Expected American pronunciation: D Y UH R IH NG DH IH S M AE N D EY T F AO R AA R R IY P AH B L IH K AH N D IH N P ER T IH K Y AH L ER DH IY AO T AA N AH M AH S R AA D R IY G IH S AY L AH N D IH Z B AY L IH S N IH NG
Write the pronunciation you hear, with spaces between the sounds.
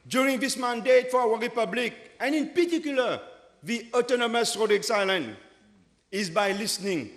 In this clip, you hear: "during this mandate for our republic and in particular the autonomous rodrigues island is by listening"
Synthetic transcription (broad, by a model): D Y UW R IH NG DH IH S M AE N D EY T F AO W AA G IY P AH B L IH K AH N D IH N P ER T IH K Y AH L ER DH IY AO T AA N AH M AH S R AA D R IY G S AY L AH N IH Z B AY L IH S N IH NG